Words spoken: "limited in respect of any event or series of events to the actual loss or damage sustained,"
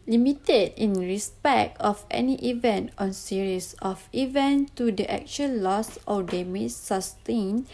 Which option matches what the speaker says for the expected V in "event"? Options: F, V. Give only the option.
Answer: V